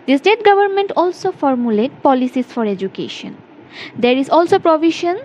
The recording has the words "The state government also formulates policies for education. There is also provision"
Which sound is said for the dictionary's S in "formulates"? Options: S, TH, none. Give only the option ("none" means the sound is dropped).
none